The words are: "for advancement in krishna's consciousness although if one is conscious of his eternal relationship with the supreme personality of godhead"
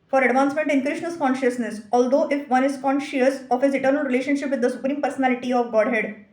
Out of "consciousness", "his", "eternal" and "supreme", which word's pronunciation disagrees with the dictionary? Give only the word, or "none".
none